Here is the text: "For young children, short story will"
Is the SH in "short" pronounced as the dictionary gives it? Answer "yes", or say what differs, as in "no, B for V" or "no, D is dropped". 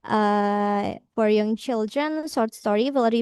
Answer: no, S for SH